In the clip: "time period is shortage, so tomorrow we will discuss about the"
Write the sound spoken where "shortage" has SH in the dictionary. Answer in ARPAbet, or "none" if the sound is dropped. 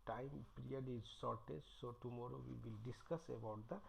S